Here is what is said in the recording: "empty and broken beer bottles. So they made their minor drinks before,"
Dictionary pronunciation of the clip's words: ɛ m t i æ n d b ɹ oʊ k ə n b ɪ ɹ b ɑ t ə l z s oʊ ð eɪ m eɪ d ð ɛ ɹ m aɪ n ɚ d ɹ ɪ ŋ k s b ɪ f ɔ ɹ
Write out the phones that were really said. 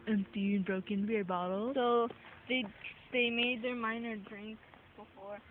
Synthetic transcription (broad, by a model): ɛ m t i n b ɹ oʊ k ə n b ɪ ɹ b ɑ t l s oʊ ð eɪ m eɪ d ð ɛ ɹ m aɪ n ɚ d ɹ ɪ ŋ k b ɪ f ɔ ɹ